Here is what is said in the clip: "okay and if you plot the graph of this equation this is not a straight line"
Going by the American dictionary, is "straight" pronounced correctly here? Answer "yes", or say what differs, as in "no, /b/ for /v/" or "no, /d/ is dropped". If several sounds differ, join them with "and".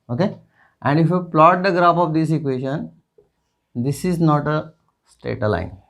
no, /ɹ/ is dropped